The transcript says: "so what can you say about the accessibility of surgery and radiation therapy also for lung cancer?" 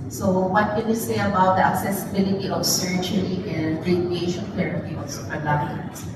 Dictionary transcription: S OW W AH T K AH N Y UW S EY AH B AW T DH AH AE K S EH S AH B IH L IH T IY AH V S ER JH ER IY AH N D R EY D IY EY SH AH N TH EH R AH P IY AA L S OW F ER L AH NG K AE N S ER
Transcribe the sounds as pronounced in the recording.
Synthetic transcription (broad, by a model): S OW W AH T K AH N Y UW S EY AH B AW T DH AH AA K S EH S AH B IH L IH T IY AH V S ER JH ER IY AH N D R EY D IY EY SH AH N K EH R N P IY AA L S OW P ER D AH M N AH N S